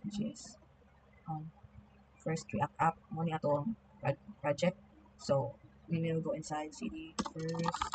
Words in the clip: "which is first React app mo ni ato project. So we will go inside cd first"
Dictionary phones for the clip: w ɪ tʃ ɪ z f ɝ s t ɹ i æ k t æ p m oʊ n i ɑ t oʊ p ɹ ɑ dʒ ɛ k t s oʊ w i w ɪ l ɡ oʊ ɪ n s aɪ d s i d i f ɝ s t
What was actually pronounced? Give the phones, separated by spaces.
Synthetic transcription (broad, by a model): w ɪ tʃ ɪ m f ɝ s t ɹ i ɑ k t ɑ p m oʊ n i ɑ t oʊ p ɹ ɑ dʒ ɛ k t s oʊ w i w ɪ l ɡ oʊ ɪ n s aɪ d s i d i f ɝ s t